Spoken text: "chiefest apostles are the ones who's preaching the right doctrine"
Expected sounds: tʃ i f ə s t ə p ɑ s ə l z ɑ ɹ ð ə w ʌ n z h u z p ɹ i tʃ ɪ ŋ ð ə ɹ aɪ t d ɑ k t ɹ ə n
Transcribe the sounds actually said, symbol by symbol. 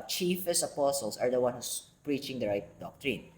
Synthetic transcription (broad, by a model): tʃ i f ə s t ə p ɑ s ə l s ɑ ɹ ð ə w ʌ n h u s p ɹ i tʃ ɪ ŋ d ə ɹ aɪ t d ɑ k t ɹ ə n